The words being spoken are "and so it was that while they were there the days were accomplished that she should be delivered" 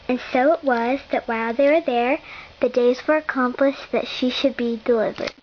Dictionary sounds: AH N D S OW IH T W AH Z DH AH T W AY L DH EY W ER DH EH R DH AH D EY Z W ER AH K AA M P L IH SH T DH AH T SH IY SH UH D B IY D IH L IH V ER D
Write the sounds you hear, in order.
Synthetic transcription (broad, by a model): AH N S OW IH T W AH Z DH AH T W AY L DH EY W ER DH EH R DH AH D EY Z W ER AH K AA M P L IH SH DH AH T SH IY SH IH D B IY D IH L IH V ER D